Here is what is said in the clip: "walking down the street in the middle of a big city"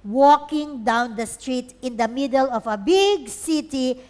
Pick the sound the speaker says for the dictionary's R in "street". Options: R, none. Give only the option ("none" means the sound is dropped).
R